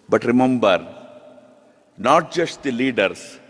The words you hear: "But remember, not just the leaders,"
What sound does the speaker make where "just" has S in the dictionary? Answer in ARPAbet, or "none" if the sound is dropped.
SH